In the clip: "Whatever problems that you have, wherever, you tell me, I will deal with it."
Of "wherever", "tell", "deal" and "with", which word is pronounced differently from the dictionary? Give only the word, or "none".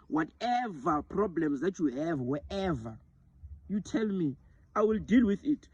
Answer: wherever